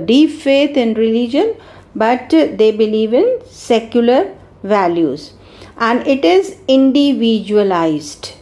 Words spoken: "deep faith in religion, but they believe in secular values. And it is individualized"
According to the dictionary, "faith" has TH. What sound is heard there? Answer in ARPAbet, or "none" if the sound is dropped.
T